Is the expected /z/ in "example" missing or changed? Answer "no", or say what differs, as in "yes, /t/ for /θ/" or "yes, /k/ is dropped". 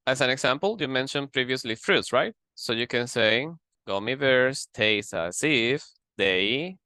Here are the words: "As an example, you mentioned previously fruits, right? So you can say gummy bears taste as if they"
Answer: yes, /s/ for /z/